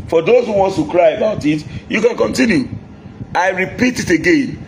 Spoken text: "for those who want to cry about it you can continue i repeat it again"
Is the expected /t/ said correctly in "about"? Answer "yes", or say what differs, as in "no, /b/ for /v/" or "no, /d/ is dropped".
yes